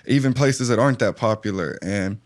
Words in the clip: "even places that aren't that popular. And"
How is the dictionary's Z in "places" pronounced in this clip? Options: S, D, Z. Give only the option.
Z